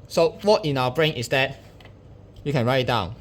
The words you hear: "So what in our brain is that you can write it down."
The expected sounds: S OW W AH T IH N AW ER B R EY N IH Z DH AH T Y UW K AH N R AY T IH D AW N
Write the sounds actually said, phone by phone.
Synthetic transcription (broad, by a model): S OW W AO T IH N AW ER B R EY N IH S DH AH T Y UW K AH N R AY IH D AW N